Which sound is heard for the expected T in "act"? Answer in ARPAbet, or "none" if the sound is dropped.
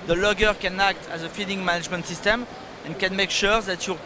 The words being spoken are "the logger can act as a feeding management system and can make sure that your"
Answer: T